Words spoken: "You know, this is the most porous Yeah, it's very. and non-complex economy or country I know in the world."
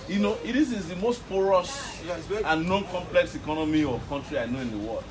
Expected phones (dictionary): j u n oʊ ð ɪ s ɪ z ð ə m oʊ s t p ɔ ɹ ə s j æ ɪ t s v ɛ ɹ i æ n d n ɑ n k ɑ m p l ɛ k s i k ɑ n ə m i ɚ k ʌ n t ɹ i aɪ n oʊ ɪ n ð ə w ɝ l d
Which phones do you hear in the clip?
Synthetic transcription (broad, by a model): j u n oʊ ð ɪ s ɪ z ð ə m oʊ s t p ɔ ɹ ə s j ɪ n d n ɑ n k ɑ m p l ɛ k s i k ɑ n ə m i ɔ k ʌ n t ɹ i aɪ n oʊ ɪ n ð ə w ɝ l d